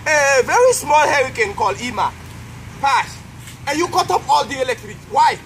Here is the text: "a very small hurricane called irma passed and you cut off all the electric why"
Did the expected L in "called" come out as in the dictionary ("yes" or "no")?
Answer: yes